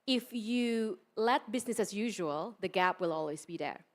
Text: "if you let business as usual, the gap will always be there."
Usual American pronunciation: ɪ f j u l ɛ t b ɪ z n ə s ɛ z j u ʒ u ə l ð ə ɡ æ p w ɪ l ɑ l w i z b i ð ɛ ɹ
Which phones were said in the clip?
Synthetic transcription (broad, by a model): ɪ f j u l ɛ t b ɪ z n ə s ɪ z j u ʒ u ə l ð ə ɡ æ p w ɪ l ɑ l w i z b i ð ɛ ɹ